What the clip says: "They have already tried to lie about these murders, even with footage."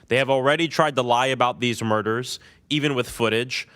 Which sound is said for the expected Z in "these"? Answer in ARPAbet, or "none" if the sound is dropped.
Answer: Z